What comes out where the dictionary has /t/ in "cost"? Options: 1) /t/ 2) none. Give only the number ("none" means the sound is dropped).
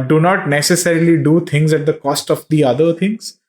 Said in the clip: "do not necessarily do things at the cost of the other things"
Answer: 1